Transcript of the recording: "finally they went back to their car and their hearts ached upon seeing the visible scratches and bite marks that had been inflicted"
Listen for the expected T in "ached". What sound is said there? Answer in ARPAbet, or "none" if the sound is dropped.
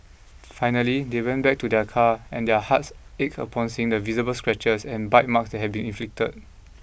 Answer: none